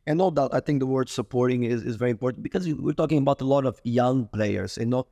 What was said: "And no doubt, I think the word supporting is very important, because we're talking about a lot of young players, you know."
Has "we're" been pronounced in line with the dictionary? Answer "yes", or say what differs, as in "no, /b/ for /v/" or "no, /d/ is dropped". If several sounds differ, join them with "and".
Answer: yes